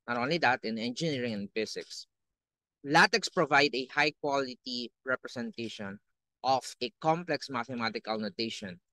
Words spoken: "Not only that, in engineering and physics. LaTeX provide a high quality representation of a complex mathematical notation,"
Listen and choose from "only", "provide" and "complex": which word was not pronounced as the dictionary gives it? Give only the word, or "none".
none